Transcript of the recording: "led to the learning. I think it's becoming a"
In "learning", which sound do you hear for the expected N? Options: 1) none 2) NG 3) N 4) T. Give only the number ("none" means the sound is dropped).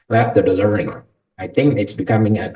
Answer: 1